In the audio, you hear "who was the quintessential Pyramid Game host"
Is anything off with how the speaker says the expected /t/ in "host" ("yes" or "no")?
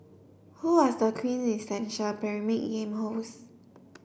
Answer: yes